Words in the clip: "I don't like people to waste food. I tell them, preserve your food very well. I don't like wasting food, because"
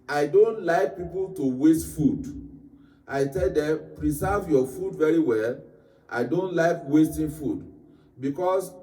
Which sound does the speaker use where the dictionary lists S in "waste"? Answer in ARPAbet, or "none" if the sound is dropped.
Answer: S